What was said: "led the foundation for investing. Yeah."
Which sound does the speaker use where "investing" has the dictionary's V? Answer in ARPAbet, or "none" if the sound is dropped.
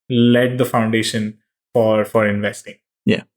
V